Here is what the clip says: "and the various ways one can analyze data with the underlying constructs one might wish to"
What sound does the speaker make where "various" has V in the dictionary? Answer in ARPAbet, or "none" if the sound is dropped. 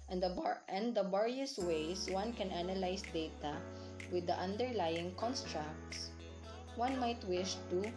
B